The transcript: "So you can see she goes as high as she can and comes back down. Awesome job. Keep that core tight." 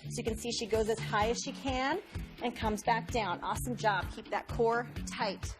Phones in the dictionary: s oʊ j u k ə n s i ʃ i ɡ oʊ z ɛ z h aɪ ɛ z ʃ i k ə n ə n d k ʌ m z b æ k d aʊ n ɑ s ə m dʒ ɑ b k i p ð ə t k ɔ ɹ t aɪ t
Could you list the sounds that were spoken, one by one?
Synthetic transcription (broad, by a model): s oʊ j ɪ k ə n s i ʃ i ɡ oʊ z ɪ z h aɪ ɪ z ʃ i k ə n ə n k ʌ m z b æ k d aʊ n ɑ s ə m dʒ ɑ b k i p ð ə t k ɔ ɹ t aɪ t